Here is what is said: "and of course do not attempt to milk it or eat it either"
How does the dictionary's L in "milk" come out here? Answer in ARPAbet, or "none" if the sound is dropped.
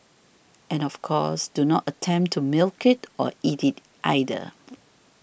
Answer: L